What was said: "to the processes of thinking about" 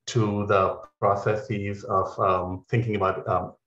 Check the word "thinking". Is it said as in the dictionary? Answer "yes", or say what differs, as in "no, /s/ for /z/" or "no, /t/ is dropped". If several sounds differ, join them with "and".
yes